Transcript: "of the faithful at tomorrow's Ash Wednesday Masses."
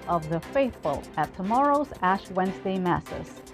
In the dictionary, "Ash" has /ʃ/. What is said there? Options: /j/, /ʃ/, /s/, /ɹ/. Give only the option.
/ʃ/